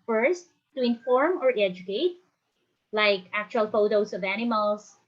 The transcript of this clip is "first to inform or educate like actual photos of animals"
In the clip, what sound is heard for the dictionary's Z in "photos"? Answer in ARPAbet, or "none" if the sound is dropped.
S